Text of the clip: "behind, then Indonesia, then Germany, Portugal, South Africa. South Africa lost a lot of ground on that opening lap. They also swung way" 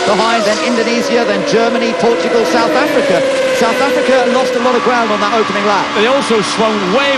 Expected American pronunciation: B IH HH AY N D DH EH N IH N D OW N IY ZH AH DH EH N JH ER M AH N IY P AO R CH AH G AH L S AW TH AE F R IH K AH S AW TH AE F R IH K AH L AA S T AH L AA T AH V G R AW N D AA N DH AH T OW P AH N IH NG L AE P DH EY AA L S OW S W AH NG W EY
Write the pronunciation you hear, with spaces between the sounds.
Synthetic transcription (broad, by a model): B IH HH AY N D DH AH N IH N D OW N IY Z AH DH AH N JH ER M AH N IY P AO CH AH G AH L S AW TH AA F R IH K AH S AW TH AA F R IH K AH L AA S T AH L AA T AH V G R AW N D N DH AH T OW P AH N IH NG L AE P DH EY AA L S OW S W AH NG W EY